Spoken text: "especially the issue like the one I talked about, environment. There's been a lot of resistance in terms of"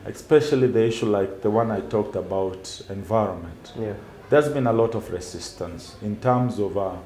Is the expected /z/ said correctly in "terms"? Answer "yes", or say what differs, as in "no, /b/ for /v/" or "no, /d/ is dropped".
yes